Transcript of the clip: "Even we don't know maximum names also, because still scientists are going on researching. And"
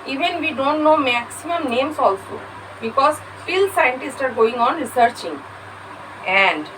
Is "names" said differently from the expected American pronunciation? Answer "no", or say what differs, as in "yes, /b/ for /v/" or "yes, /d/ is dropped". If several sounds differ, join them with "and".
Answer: yes, /s/ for /z/